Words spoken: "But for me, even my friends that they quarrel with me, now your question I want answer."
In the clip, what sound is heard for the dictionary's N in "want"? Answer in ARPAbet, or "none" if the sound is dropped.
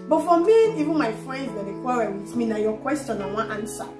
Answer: none